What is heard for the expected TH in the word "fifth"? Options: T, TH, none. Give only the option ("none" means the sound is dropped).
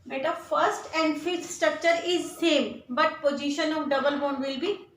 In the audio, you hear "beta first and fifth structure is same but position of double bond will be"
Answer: T